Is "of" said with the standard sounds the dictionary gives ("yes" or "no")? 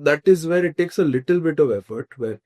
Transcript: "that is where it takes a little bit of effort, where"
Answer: yes